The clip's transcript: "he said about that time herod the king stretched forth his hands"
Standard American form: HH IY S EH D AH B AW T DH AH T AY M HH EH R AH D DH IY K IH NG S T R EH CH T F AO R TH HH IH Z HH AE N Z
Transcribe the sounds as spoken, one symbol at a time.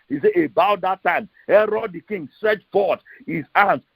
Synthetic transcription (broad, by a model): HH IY S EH AH B AW T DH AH T AY M HH EH R AH D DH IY K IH NG S T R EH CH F AO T HH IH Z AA N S